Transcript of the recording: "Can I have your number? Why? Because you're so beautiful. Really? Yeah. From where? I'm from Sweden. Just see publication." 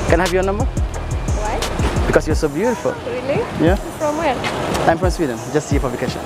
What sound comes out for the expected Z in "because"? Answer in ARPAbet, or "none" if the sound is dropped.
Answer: S